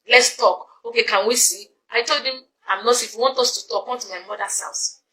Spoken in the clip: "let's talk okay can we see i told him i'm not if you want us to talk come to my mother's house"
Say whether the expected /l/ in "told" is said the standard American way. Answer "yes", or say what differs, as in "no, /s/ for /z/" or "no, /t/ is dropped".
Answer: yes